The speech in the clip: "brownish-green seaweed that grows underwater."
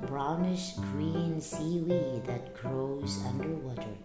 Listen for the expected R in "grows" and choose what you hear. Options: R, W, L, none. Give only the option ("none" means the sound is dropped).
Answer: R